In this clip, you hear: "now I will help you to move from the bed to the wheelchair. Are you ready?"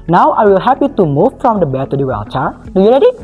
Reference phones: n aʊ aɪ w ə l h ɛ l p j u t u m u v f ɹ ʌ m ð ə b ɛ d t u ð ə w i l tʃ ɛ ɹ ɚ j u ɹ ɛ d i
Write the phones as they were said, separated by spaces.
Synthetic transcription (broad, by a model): n aʊ aɪ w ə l h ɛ p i t u m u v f ɹ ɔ m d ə b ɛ t u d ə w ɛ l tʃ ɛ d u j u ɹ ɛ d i